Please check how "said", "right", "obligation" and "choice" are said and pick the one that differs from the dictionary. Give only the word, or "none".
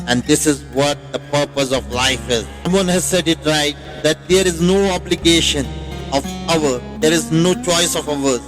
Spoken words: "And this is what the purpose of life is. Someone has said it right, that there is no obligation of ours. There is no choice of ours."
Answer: none